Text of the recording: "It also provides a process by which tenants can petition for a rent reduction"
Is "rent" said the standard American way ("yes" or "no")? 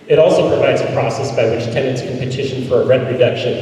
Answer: no